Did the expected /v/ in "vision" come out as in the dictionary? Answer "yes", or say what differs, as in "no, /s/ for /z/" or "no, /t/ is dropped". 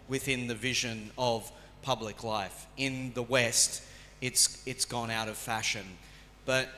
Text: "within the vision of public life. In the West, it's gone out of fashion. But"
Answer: yes